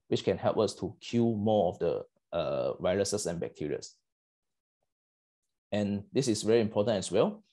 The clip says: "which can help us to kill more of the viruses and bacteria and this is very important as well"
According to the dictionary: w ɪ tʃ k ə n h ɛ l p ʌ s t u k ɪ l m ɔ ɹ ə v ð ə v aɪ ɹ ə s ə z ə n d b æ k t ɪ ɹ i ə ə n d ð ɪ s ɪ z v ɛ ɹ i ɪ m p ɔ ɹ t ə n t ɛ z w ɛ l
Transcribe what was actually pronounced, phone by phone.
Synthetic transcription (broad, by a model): w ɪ tʃ k ə n h ɛ l p ʌ s t u k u m ɔ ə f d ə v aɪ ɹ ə s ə s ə n b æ k t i ɹ i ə ə n d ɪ s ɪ s v ɛ ɹ i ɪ m p ɔ t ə n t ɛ s w ɛ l